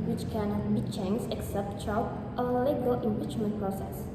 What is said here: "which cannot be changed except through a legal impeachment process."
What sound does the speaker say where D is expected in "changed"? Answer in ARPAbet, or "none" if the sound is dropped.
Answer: none